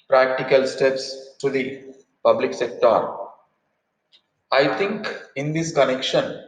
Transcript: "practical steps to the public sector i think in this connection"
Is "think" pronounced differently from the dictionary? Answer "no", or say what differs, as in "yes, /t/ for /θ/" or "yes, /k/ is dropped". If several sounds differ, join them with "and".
yes, /t/ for /θ/